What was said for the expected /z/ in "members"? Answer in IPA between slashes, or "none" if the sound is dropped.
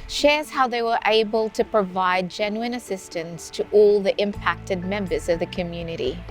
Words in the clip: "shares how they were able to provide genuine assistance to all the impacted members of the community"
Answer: /z/